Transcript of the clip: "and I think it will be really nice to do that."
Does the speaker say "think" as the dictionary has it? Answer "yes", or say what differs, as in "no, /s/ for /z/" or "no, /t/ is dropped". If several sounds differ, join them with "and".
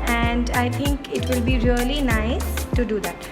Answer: no, /t/ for /θ/